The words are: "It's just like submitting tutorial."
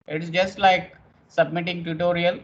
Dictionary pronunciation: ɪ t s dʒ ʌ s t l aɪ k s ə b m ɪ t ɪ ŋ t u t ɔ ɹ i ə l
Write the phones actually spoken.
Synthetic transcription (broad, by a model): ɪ t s dʒ ʌ s t l aɪ k s ə b m ɪ t ɪ ŋ t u t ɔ ɹ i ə l